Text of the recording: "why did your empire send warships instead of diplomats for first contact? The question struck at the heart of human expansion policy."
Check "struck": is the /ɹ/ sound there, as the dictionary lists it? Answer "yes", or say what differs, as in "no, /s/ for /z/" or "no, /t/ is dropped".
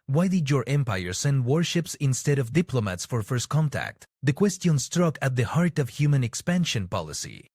yes